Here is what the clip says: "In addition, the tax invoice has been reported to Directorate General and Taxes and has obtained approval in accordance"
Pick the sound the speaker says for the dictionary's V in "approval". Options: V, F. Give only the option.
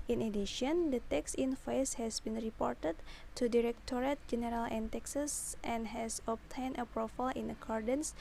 F